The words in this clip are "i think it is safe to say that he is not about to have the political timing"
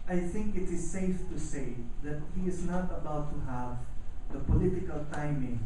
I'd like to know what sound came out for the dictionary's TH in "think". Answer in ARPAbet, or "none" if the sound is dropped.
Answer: TH